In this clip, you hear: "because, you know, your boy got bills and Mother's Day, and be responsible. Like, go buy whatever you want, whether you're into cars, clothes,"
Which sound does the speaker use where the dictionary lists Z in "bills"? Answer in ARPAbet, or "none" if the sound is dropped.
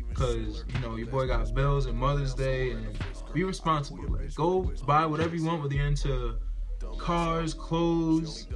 Z